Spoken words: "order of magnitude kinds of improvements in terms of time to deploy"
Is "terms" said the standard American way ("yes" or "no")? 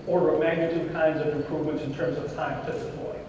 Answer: yes